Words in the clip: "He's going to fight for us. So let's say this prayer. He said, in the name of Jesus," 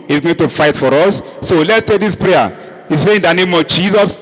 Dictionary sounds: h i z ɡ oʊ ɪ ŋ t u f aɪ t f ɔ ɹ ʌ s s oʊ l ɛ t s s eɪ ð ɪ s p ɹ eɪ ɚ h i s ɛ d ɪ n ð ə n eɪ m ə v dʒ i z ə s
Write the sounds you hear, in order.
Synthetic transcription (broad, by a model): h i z ɡ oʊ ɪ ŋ t u f aɪ t f ɔ ɹ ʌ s s oʊ l ɛ t s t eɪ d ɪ s p ɹ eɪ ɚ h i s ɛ ɪ n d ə n eɪ m ə v dʒ i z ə s